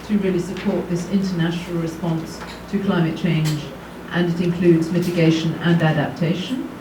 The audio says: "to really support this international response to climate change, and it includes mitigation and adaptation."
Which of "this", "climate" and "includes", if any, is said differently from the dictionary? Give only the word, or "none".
none